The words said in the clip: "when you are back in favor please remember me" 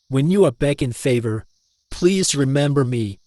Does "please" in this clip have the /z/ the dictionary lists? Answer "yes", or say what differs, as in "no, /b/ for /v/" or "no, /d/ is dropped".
yes